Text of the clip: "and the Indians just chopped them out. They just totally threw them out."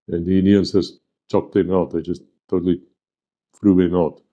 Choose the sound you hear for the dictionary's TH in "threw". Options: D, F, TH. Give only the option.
F